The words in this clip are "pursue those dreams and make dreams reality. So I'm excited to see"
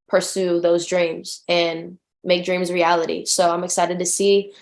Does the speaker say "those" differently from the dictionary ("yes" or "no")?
no